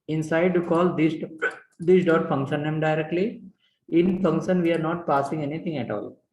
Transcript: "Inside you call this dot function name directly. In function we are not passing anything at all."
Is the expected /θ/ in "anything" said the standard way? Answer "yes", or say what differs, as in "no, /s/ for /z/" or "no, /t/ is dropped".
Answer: no, /t/ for /θ/